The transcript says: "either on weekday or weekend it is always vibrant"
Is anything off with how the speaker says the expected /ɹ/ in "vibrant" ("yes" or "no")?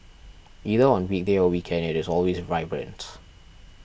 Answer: no